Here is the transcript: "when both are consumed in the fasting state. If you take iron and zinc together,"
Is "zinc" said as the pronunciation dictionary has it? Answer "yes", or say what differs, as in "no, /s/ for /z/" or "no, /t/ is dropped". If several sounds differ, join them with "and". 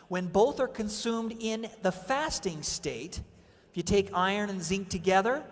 yes